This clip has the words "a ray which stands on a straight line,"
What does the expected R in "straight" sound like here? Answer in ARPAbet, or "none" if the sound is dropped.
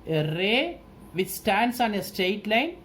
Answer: none